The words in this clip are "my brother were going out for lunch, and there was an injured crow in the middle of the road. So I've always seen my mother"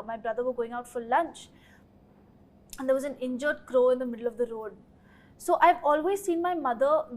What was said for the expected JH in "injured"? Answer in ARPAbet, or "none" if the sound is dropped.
JH